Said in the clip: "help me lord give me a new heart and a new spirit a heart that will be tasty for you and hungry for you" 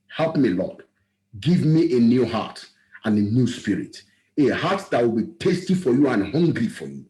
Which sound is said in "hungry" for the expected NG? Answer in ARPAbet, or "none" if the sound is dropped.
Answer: NG